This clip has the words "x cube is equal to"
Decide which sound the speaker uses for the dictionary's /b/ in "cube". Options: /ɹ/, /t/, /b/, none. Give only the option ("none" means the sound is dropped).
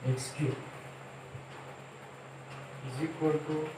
none